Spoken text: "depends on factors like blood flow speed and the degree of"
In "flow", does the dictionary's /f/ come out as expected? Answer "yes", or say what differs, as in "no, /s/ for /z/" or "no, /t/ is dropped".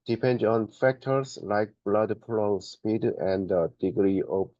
no, /p/ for /f/